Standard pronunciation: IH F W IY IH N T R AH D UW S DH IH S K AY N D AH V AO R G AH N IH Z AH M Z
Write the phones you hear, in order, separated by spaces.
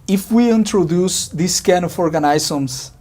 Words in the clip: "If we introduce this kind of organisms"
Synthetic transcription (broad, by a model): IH F W IY IH N T R AH D UW S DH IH S K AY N AH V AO R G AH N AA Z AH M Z